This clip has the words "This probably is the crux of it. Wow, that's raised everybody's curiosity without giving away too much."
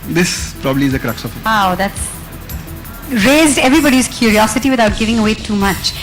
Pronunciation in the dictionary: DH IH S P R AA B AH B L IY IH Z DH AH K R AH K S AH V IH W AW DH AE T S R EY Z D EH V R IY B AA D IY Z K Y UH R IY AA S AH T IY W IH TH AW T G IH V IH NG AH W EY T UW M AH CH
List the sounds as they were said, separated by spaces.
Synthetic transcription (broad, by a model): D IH S P R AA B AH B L IY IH Z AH K R AH K S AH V IH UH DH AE T S R EY Z D EH V R IY B AA D IY Z K Y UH R IY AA S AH T IY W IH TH AW T G IH V IH NG AH W EY T UW M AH CH